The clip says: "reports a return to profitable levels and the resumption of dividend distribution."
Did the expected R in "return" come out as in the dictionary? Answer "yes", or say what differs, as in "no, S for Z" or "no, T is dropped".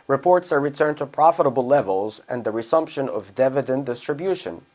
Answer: yes